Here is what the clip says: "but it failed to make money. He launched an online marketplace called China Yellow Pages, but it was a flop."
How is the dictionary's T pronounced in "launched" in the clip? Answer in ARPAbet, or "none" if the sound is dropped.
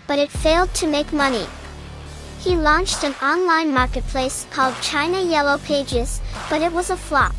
T